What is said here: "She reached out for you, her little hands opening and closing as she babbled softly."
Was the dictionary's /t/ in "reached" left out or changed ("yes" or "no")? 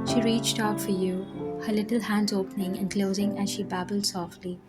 no